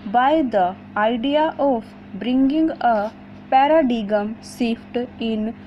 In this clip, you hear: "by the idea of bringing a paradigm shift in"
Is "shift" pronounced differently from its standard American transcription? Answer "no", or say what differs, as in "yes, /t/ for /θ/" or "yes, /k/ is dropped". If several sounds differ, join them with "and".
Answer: yes, /s/ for /ʃ/